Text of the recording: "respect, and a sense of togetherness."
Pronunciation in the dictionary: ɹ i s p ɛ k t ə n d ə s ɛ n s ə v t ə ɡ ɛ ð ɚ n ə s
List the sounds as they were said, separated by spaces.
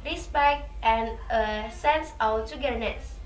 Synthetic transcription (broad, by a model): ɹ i s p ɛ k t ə n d ə s ɛ n s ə w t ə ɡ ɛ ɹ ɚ n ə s